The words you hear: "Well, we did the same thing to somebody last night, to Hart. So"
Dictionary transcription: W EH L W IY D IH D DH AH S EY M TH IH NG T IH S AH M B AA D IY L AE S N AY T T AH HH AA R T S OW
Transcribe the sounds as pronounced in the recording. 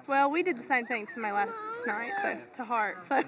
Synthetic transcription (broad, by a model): W EH L W IY D IH D DH AH S EY M TH IH NG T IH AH M AA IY L AE S N AY T T AH HH AA R T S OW